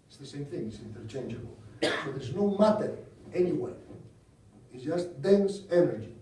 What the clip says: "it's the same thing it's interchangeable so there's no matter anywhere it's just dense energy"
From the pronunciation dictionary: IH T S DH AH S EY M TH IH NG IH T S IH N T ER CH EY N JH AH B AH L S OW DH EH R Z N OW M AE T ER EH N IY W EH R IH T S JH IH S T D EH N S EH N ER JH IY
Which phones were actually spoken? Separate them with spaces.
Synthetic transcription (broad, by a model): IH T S DH AH S EY M TH IH NG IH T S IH N T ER CH EY N JH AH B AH L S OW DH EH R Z N OW M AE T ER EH N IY W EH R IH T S JH IH S T D EH N S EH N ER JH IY